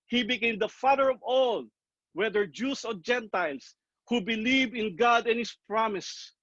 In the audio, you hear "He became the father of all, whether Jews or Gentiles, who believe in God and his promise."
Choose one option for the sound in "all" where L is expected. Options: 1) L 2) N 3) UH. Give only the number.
1